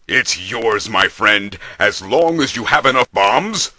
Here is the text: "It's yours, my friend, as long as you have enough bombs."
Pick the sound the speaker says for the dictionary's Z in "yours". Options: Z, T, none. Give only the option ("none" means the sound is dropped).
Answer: Z